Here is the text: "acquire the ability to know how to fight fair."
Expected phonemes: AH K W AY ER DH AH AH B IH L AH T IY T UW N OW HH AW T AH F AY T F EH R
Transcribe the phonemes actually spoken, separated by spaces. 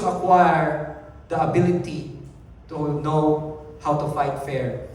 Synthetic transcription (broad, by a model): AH K W AY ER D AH AH B IH L AH T IY T UW N OW HH AW T AH F AY T F EH R